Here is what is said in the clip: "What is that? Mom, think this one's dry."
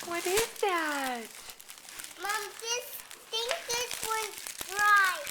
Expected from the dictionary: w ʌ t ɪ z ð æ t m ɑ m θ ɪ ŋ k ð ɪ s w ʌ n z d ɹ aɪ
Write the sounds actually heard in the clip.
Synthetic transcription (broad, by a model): w ʌ t ɪ z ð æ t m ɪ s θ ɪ ŋ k ð ɪ s w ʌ z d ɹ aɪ